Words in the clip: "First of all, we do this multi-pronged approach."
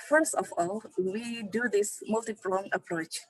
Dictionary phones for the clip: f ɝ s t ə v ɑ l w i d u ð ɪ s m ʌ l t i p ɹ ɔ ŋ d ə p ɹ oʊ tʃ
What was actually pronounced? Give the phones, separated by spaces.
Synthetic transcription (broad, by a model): f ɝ s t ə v ɑ l w i d u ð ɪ s m ʌ l t i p l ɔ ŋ ə p ɹ oʊ tʃ